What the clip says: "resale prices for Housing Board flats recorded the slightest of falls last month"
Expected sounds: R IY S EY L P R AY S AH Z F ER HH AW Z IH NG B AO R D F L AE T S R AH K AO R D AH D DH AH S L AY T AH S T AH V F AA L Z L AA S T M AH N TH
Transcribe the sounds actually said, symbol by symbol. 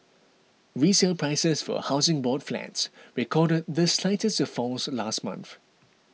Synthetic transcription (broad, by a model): R IY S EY L P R AY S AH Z F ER HH AW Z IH NG B AO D F L AE T S R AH K AO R D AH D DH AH S L AY T AH S T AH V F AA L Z L AA S T M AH N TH